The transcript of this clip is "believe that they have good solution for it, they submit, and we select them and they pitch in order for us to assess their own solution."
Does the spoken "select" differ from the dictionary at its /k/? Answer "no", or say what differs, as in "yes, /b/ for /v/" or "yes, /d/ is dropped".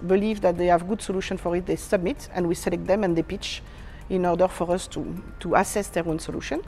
no